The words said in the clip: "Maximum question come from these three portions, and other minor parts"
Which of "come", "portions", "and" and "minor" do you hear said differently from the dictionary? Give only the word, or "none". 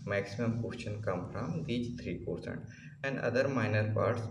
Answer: portions